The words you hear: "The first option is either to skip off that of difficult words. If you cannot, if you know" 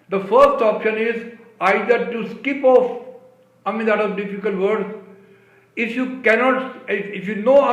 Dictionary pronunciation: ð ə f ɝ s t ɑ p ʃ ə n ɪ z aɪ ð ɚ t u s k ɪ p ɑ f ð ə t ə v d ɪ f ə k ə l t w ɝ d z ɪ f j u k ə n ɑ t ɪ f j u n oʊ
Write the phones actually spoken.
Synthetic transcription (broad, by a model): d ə f ɝ s t ɑ p ʃ ə n ɪ z aɪ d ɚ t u s k ɪ p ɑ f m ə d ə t d ɪ f ə k ə l t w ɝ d ɪ f j u k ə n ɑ t ɪ f j u n oʊ